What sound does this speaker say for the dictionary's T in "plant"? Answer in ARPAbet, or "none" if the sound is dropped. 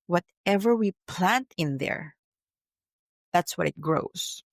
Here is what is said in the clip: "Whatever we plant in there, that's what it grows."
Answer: T